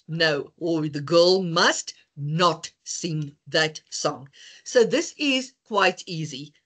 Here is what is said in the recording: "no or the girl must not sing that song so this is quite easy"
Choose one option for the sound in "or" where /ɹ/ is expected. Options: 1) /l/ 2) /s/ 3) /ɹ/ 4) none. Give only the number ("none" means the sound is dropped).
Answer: 1